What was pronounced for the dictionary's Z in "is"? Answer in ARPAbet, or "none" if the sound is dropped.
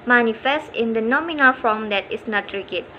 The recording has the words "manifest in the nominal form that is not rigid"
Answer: S